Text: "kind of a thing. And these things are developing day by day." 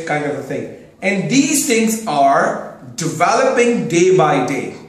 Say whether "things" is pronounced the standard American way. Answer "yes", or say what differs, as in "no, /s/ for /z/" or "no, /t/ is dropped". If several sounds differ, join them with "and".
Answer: no, /t/ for /θ/